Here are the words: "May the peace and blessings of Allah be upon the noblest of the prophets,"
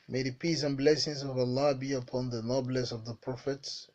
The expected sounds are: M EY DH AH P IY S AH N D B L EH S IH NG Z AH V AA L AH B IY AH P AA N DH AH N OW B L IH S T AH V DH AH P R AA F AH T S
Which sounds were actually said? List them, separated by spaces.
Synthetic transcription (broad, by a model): M EY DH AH P IY S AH N B L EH S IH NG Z AH V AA L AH B IY AH P AA N DH AH N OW B L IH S AH V DH AH P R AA F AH T S